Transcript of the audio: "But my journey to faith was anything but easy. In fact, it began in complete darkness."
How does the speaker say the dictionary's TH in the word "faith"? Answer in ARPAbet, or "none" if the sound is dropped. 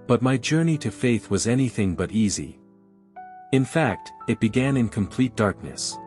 TH